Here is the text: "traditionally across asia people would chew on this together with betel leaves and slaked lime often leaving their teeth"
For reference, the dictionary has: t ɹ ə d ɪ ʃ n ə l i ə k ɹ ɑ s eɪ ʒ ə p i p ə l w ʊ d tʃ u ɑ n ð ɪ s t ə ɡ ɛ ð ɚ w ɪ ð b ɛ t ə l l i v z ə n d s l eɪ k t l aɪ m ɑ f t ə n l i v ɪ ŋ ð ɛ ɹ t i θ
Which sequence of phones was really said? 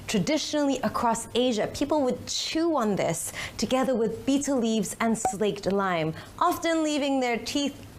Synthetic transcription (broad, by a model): t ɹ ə d ɪ ʃ n l i ə k ɹ ɑ s eɪ ʒ ə p i p l w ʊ d tʃ u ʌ n ð ɪ s t ə ɡ ɛ ð ɚ w ɪ ð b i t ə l l i v z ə n s l eɪ k t l aɪ m ɑ f t ə n l i v ɪ ŋ ð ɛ ɹ t i θ